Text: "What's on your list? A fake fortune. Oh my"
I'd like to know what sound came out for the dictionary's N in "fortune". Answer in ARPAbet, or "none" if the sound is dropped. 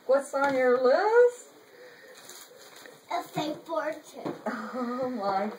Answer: none